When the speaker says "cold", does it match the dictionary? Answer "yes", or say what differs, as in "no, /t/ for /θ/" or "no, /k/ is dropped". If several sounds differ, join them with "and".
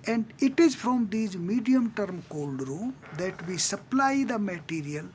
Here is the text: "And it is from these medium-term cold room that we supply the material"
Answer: yes